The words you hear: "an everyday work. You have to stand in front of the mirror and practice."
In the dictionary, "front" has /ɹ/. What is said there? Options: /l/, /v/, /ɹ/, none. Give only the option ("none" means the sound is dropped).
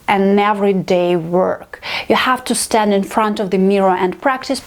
/ɹ/